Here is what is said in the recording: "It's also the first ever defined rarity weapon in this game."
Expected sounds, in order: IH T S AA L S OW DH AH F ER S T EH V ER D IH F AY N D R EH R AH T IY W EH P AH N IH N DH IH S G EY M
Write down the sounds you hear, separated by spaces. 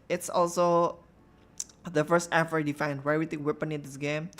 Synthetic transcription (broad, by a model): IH T S AA L S OW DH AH F ER S T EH F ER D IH F AY N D W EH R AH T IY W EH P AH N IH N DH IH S G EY M